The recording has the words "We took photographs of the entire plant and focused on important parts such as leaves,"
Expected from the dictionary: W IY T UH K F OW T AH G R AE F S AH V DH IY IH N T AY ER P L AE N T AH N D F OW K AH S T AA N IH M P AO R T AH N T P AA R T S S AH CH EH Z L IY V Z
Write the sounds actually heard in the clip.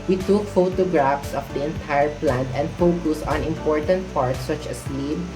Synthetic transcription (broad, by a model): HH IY T UH K F OW T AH G R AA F S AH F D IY IH N T AY ER P L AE N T AH N D F OW K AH S AA N IH M P AO R T AH N T P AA R T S S AH CH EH S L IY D